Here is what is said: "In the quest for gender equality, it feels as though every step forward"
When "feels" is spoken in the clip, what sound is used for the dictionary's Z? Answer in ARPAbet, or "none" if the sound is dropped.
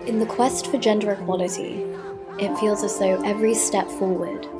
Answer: Z